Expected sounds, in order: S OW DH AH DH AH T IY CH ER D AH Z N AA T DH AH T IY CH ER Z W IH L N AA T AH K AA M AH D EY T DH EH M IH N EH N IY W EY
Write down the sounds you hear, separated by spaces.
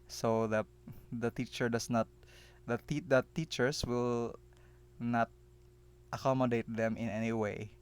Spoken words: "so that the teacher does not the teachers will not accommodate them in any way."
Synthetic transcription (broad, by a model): S OW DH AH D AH T IY CH ER D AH S N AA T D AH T IY CH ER S W IH L N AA T AH K AA M AH D EY T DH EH M IH N EH N IY W EY